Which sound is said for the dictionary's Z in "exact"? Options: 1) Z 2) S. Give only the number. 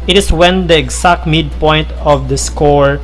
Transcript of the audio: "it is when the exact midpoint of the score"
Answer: 2